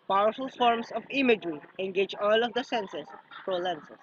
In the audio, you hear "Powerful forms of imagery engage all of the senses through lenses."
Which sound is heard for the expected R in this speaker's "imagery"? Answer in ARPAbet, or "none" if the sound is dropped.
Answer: R